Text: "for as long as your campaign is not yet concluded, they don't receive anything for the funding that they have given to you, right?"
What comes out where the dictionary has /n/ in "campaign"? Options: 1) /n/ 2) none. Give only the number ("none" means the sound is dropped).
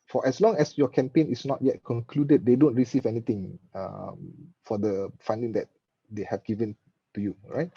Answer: 1